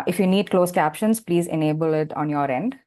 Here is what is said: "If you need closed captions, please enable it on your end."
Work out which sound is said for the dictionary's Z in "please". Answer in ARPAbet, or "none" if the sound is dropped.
Z